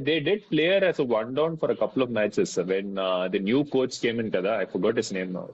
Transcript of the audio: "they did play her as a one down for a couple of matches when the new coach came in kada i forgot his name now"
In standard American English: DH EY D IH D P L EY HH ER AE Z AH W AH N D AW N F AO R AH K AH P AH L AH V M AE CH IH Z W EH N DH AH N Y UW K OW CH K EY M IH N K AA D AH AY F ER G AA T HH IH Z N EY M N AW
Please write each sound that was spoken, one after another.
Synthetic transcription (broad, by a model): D EY D IH D P L EY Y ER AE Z AH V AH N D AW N F AO R AH K AH P AH L AH V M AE S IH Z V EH N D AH N Y UW K OW S K EY M IH N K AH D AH AY F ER G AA T HH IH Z N EY M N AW